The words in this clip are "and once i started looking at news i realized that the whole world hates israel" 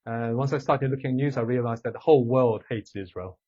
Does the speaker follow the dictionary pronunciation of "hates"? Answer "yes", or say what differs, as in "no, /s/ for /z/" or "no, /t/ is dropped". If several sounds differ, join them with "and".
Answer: yes